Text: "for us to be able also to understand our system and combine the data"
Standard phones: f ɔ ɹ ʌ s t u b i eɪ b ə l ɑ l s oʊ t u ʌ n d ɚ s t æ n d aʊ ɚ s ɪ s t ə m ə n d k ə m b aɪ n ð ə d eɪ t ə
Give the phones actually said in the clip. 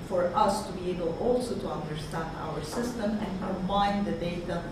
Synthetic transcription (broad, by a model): f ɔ ɹ ʌ s t u b i eɪ b ə l ɑ l s oʊ t u ʌ n d ɚ s t æ n d aʊ ɚ s ɪ s t ə m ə n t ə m aɪ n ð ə d eɪ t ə